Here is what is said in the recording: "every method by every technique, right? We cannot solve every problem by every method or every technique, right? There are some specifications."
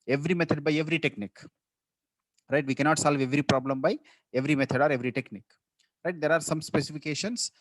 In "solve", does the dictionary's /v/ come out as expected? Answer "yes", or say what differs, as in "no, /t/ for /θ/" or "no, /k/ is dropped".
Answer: yes